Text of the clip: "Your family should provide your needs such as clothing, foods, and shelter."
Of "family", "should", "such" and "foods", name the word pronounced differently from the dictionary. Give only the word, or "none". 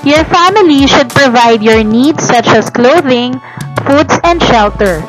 foods